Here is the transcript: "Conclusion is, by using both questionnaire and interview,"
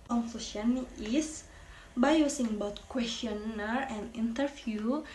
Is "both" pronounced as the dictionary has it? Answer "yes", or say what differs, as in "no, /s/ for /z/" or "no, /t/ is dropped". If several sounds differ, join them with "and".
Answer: no, /t/ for /θ/